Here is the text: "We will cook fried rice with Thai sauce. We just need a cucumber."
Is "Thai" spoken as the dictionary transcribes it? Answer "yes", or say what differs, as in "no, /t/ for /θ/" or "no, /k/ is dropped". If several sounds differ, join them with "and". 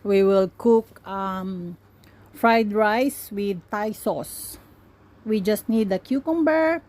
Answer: yes